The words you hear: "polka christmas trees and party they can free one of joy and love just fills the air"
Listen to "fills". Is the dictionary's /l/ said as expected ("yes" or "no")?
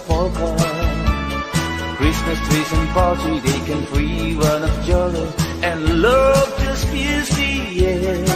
no